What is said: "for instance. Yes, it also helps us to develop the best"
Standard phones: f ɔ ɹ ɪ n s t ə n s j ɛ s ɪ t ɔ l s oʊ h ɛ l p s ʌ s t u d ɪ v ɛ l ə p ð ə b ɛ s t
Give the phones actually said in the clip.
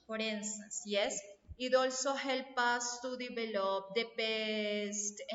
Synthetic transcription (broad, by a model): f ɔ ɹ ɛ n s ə s j ɛ s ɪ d ɔ l s oʊ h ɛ l p ɑ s t u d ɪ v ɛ l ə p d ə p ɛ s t